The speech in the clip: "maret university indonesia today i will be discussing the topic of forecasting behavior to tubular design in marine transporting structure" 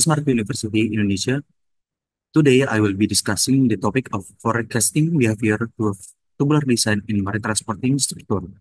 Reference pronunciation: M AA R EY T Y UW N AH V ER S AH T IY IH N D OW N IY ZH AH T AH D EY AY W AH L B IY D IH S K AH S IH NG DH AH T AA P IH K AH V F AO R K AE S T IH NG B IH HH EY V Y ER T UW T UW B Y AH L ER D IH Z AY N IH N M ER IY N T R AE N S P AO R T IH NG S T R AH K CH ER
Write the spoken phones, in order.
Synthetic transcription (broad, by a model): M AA R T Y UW N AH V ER S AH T IY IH N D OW N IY SH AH T AH D EY AY W AH L B IY D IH S K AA S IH NG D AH T AA P IH K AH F AO R K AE S T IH NG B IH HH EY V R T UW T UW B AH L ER D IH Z AY N IH N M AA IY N T R AE N S P AO R T IH NG S T R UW K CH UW